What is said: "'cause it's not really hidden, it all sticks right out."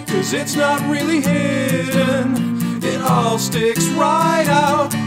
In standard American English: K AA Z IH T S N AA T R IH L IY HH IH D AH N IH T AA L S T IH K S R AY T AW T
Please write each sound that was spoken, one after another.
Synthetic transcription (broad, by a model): K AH Z IH T S N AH T R IH L IY HH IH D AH N IH T AA L S T IH K S R AY T AW T